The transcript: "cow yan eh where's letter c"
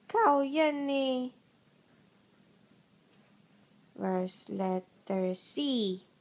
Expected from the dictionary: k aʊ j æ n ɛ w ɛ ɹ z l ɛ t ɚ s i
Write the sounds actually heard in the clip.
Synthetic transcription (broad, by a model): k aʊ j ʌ n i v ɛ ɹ s l ɛ t ɚ s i